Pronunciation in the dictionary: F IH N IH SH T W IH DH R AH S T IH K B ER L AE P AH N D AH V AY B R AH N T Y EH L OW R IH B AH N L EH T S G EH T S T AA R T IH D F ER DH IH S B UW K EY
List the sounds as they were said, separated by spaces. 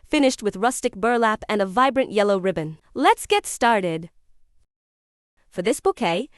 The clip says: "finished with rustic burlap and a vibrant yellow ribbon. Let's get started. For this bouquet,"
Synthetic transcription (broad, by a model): F IH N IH SH T W IH DH R AH S T IH K B ER L AE P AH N AH V AY B R AH N T Y EH L OW R IH B AH N L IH T S G EH T S T AA R T IH D F ER DH IH S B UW K EY